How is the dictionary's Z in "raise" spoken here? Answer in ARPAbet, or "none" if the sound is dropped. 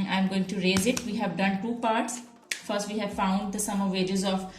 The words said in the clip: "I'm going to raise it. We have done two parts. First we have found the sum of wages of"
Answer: Z